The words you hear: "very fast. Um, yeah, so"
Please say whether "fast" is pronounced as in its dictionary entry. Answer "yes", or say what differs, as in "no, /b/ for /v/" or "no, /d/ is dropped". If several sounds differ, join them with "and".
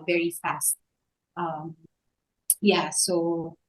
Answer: yes